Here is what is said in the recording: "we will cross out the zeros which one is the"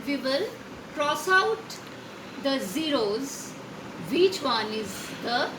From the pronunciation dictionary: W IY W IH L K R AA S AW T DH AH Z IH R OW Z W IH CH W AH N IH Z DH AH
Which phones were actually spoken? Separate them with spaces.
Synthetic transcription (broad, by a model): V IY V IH L K R AA S AW T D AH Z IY R OW Z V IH CH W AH N IH Z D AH